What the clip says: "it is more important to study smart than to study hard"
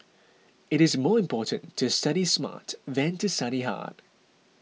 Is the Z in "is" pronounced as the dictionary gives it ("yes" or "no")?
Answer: yes